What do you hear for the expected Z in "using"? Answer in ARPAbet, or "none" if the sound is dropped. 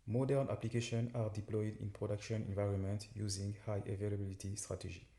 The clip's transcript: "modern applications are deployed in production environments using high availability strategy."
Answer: Z